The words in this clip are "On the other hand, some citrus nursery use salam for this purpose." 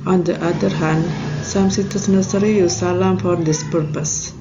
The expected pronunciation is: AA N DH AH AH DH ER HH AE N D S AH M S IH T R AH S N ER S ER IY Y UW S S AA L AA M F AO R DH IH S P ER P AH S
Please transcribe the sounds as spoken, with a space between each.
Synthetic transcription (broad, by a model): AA N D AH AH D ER HH AE N D S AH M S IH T AH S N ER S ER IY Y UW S S AA L AA M F AO R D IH S P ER P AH S